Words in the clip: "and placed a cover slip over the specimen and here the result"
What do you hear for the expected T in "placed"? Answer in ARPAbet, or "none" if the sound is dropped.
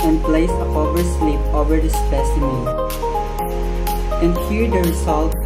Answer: none